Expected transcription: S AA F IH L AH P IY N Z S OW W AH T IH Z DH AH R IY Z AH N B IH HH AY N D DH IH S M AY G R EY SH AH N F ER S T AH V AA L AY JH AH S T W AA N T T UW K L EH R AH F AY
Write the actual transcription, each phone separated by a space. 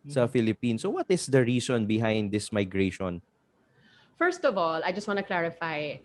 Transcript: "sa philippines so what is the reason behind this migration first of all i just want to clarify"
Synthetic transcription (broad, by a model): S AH F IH L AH P IY N S OW W AH T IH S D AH R IY S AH N B IH HH AY N D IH S M AY G R EY SH AH N F ER S T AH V AA L AY JH AH S T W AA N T T UW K L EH R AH F AY